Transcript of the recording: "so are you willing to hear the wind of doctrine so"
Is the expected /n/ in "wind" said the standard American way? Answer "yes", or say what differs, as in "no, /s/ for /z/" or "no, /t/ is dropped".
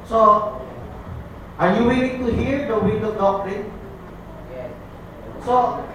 no, /n/ is dropped